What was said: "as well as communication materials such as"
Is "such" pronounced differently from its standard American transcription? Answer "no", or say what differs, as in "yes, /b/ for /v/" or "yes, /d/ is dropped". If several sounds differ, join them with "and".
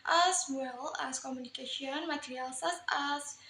yes, /s/ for /tʃ/